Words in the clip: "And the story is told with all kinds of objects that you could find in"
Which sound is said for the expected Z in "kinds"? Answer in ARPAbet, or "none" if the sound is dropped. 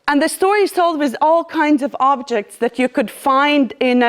Z